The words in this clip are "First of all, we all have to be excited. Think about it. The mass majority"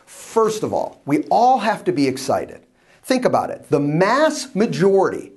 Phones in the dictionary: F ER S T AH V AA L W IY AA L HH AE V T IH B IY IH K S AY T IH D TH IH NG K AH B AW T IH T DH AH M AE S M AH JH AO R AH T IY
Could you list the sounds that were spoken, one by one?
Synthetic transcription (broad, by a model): F ER S T AH V AA L W IY AA L HH AE F T IH B IY IH K S AY T IH D TH IH NG K AH B AW T IH T DH AH M AE S M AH JH AO R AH T IY